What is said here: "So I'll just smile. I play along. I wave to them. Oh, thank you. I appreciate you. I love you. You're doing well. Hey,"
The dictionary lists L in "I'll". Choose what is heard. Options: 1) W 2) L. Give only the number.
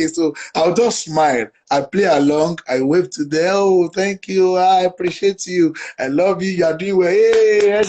1